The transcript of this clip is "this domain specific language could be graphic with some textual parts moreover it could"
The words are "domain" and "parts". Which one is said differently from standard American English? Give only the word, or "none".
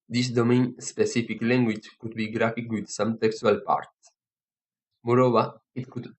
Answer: parts